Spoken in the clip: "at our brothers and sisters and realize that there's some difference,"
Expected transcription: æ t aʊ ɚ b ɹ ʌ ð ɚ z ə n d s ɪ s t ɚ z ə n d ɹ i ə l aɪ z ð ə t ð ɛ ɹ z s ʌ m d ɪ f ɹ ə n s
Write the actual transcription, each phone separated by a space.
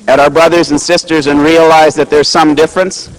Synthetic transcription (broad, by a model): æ t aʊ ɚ b ɹ ʌ ð ɚ z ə n s ɪ s t ɚ z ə n ɹ i ə l aɪ z ð ə t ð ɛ ɹ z s ʌ m d ɪ f ɹ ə n s